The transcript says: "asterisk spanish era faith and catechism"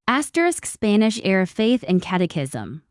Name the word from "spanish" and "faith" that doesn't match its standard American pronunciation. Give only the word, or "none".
none